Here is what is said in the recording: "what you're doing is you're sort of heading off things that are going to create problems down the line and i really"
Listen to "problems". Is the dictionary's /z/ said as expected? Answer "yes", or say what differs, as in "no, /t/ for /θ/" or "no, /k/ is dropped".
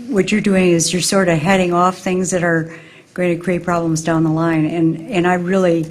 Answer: yes